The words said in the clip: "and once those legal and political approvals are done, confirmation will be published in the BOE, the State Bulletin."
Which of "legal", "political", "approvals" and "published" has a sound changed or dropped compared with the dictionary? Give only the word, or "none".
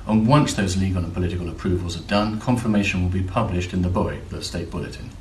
none